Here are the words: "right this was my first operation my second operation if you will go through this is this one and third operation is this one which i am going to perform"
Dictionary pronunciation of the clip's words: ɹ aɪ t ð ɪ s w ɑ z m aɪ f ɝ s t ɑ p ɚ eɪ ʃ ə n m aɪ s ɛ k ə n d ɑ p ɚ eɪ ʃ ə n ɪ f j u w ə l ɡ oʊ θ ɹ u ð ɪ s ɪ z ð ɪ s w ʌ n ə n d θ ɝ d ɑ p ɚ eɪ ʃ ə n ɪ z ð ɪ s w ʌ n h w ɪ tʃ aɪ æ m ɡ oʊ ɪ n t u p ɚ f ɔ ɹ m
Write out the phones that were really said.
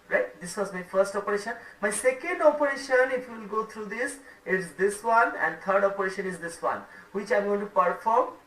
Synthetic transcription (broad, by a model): ɹ aɪ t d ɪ s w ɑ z m aɪ f ɝ s t ɑ p ɚ eɪ ʃ ə n m aɪ s ɛ k ə n d ɑ p ɚ eɪ ʃ ə n ɪ f j u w l ɡ oʊ t ɹ u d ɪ s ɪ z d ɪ s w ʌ n ə n d t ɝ d ɑ p ɚ eɪ ʃ ə n ɪ z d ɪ s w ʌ n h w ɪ tʃ aɪ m ɡ oʊ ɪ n t u p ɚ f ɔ ɹ m